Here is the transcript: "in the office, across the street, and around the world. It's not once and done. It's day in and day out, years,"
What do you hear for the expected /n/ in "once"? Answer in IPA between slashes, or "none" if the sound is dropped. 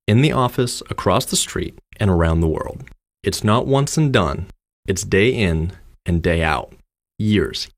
/n/